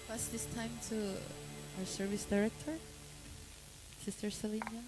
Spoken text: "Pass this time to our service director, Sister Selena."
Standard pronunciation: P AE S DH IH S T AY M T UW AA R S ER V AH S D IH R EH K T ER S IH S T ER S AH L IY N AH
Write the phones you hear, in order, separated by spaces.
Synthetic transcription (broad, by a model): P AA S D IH S T AY M T UW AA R S ER V AH S D IH R EH K T ER S IH S T ER S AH L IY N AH